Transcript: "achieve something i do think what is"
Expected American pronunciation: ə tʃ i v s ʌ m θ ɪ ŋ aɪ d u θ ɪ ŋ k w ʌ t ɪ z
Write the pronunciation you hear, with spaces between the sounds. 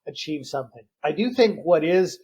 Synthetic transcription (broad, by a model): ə tʃ i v s ʌ m θ ɪ ŋ aɪ d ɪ θ ɪ ŋ k w ʌ t ɪ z